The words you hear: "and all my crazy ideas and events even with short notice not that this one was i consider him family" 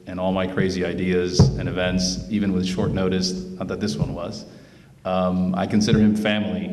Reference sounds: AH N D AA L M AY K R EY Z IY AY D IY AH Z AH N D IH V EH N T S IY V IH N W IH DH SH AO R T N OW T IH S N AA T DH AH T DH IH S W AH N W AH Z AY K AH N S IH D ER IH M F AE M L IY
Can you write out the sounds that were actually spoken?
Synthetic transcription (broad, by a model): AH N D AA L M AY K R EY Z IY AY D IY AH Z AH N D IH V EH N T S IY V IH N W IH DH SH AO R T N OW T IH S N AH T DH AH T DH IH S W AH N W AH Z AY K AH N S IH D ER IH M F AE M L IY